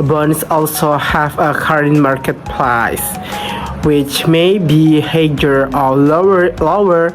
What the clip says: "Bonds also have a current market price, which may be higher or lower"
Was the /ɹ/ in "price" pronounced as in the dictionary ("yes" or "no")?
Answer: no